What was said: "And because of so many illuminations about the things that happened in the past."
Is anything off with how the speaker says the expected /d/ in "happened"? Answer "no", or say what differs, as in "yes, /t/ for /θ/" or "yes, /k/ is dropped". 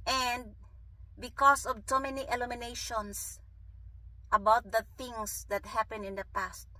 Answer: yes, /d/ is dropped